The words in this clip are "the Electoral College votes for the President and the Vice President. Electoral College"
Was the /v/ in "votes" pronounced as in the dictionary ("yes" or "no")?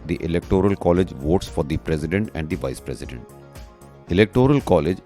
yes